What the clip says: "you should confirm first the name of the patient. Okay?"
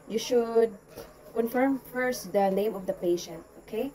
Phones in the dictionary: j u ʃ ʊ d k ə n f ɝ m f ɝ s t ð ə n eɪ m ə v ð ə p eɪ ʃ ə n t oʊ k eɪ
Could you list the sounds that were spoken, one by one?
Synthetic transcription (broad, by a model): j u ʃ ʊ d k ə n f ɝ m f ɝ s t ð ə n eɪ m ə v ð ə p eɪ ʃ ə n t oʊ k eɪ